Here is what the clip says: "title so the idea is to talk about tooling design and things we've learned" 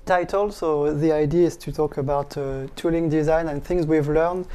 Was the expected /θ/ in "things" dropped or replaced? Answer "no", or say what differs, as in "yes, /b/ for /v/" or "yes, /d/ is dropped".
no